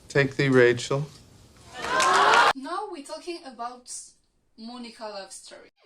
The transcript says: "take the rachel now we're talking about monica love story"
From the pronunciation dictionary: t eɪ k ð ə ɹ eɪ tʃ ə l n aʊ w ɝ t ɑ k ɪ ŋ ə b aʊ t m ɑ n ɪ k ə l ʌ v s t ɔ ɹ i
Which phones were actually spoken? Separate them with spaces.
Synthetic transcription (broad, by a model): t eɪ k ð ə ɹ eɪ tʃ ə l n aʊ w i t ɑ k ɪ ŋ ə b aʊ t m ɑ n ɪ k ə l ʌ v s t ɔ ɹ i